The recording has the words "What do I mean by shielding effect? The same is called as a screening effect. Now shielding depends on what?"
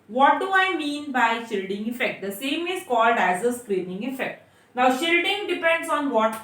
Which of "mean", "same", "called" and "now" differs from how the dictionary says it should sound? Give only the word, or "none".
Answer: none